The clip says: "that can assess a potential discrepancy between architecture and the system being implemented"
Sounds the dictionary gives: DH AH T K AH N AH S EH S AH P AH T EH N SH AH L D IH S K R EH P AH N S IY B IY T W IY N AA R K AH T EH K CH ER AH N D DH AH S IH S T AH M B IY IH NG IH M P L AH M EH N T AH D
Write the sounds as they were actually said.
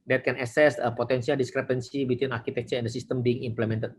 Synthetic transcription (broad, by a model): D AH T K AH N AH S EH S AH P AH T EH N S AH L D IH S K R EH P AH N S IY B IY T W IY N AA R K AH T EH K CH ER AH N D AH S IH S T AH M B IY IH NG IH M P L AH M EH N T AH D